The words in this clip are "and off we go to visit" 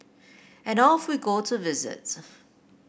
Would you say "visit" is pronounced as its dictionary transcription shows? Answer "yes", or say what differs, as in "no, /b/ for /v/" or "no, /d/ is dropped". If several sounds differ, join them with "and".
yes